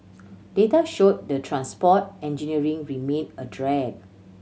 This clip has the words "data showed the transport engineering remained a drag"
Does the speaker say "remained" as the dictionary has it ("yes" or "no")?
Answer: no